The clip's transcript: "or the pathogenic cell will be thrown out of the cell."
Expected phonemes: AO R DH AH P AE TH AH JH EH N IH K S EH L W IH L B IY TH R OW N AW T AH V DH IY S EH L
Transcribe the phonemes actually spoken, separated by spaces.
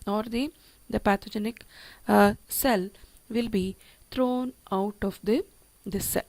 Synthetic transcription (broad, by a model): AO R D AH P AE T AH JH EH N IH K S EH L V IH L B IY T R OW N AW T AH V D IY S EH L